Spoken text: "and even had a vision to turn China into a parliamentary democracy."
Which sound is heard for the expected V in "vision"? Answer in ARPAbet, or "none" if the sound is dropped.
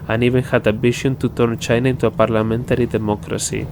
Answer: B